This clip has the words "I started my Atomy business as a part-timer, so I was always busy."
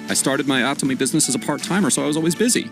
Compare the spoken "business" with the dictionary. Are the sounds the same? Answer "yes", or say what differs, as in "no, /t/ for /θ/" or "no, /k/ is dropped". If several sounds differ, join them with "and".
yes